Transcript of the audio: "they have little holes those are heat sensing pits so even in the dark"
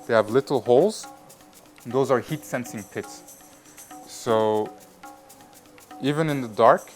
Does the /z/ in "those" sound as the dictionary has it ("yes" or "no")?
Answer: yes